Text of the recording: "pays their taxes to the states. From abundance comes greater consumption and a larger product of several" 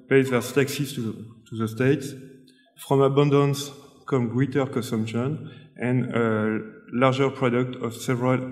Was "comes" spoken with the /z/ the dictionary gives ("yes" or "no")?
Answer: no